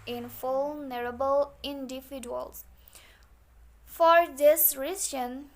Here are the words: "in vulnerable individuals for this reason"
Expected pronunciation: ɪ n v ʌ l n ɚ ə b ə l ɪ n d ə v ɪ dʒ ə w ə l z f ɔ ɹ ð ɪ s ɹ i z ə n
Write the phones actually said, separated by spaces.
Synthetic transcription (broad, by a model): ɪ n f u l n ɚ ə b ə l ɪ n d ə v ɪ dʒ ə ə l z f ɔ ɹ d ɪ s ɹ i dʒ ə n